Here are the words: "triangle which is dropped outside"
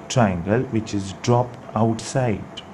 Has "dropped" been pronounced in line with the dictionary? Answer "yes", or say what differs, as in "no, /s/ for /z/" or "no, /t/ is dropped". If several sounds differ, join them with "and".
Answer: yes